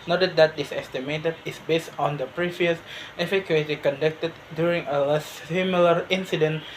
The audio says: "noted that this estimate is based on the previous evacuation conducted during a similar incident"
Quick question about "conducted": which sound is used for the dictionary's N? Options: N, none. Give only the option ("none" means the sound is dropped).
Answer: N